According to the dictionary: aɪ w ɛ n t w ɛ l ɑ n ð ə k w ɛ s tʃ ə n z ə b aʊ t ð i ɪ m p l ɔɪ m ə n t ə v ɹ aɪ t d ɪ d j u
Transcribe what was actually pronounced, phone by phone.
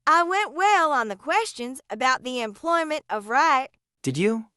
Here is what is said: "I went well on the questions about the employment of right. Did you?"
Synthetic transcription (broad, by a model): aɪ w ɛ n t w ɛ l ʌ n ð ə k w ɛ s tʃ ə n z ə b aʊ t ð i ɪ m p l ɔɪ m ə n t ə v ɹ aɪ t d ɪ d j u